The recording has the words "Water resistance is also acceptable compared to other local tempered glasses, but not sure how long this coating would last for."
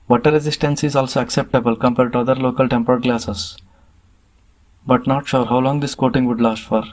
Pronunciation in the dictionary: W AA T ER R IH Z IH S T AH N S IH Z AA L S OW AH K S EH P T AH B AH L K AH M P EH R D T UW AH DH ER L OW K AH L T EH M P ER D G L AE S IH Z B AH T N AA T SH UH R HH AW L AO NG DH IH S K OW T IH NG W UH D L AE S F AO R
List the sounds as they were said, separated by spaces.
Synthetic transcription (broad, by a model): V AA T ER R IH Z IH S T AH N S IH Z AA L S OW AH K S EH P T AH B AH L K AH M P EH R D T UW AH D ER L OW K AH L T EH M P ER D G L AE S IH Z B AH T N AA T SH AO R HH AW L AO NG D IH S K OW T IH NG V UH D L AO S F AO R